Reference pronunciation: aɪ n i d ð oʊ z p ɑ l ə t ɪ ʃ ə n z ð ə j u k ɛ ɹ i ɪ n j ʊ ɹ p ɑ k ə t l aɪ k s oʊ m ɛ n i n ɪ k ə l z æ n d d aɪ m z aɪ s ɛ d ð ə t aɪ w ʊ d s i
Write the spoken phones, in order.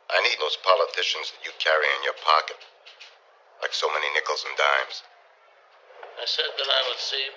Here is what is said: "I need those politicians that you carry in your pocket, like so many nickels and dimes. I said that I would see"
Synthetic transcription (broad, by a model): aɪ n i d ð oʊ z p ɑ l ə t ɪ ʃ ə n z ð ə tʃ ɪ k ɛ ɹ i ɪ n j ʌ ɹ p ɑ k ə t l aɪ k s oʊ m ɛ n i n ɪ k l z n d d aɪ m z aɪ s ɛ d ð ə t aɪ w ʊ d s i